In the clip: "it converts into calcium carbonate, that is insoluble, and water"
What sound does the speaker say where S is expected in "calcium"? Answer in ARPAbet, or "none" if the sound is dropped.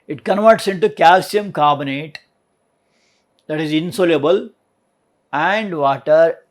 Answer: S